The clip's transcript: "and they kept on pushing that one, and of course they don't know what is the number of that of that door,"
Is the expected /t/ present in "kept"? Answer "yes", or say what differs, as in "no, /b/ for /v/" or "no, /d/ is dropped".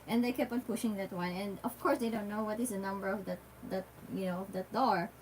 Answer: no, /t/ is dropped